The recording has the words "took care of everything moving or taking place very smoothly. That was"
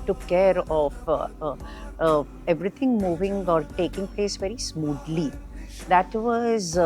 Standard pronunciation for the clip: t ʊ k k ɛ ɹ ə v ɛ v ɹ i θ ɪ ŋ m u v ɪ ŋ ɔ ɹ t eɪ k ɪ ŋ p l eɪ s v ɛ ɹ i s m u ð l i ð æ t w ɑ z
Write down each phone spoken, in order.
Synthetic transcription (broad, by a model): t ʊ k k ɛ ɹ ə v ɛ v ɹ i t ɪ ŋ m u v ɪ ŋ ɔ ɹ t eɪ k ɪ ŋ p l eɪ s v ɛ ɹ i s m u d l i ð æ t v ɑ z